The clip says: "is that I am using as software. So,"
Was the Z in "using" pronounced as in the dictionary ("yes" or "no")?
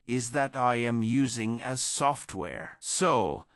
yes